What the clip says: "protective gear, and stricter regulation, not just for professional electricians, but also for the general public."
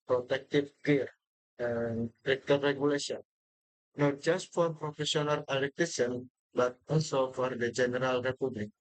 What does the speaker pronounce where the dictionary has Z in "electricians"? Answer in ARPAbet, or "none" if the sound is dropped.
none